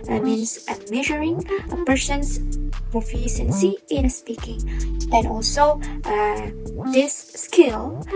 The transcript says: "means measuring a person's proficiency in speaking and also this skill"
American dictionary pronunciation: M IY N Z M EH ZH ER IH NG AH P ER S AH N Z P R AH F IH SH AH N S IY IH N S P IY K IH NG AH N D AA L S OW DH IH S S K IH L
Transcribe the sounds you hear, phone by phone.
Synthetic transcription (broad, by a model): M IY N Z M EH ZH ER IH NG AH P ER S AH N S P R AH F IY S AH N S IY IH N S P IY K IH NG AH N AA L S OW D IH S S K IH L